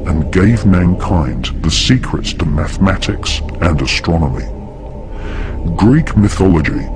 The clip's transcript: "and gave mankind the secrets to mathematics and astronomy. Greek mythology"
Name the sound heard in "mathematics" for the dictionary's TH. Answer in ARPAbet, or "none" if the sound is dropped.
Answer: TH